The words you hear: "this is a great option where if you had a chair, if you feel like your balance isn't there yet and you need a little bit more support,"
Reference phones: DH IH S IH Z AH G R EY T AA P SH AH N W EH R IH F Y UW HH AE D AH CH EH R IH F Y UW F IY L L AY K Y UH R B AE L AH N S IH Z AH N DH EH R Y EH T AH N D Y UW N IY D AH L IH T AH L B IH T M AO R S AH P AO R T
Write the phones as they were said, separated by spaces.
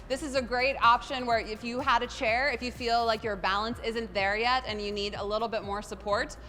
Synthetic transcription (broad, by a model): DH IH S IH Z AH G R EY T AA P SH AH N W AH R IH F Y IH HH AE D AH CH EH R IH F Y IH F IY L L AY K Y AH R B AE L AH N S IH Z AH N DH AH R Y EH T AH N Y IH N IY D AH L IH T L B IH T M AO R S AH P AO R T